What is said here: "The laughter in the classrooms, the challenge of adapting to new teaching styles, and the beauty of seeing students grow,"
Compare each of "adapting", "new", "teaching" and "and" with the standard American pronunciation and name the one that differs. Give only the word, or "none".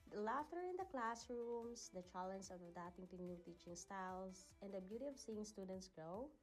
adapting